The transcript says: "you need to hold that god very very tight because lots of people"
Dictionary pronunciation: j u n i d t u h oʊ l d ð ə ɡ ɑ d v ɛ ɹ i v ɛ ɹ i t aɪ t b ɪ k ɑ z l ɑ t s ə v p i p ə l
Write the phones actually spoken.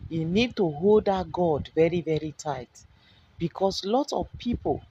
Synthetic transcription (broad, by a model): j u n i d t u h oʊ l d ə ɡ ɑ d v ɛ ɹ i v ɛ ɹ i t aɪ t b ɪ k ɑ s l ɑ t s ə v p i p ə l